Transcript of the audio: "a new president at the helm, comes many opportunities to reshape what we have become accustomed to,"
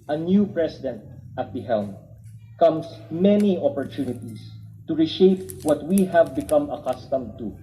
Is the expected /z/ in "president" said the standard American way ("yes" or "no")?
no